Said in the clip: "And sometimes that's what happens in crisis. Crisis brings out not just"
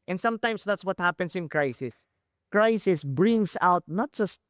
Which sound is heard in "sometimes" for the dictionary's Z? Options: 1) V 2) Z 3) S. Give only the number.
3